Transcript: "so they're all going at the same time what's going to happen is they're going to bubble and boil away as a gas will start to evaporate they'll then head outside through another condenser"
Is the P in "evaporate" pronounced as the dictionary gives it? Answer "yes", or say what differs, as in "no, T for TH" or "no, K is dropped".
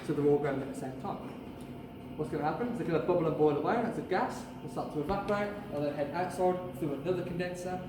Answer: no, B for P